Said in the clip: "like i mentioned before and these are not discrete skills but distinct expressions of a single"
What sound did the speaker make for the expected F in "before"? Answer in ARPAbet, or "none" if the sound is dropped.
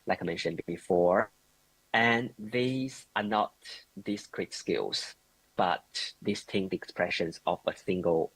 F